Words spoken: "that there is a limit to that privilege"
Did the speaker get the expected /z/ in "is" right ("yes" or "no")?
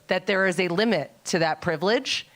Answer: yes